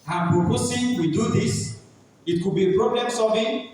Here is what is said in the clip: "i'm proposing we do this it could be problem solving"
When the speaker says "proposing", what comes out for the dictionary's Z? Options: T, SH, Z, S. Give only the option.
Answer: S